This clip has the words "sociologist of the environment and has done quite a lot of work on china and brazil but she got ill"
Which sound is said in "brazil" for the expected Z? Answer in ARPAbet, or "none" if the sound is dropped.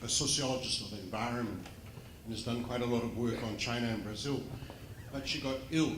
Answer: Z